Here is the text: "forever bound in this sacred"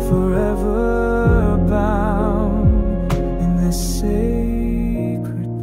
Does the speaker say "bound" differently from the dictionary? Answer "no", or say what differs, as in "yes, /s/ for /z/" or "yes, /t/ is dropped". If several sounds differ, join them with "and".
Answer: yes, /d/ is dropped